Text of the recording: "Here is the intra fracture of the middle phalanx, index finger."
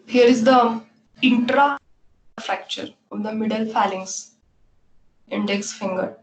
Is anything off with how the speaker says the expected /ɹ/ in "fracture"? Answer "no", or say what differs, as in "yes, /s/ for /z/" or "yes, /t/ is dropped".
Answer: no